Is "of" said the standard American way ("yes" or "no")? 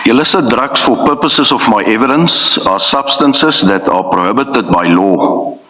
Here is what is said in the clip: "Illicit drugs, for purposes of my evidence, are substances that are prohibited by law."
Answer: no